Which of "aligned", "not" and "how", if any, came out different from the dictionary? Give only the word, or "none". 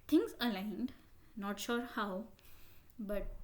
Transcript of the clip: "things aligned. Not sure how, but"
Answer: none